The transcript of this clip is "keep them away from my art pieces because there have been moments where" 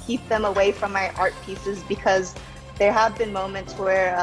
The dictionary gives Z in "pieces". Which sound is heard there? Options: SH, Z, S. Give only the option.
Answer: Z